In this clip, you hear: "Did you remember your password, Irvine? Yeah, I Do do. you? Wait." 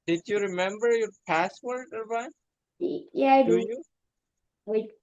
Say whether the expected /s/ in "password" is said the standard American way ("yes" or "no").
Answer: yes